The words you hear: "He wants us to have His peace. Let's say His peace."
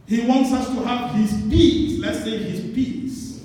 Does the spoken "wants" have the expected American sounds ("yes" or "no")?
yes